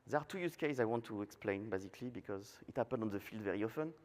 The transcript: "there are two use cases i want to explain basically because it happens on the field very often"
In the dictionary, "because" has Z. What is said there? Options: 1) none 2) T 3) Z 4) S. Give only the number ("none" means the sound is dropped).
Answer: 3